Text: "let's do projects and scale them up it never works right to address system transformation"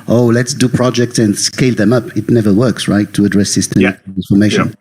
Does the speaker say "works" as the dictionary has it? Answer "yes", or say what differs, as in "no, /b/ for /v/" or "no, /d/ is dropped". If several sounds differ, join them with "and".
yes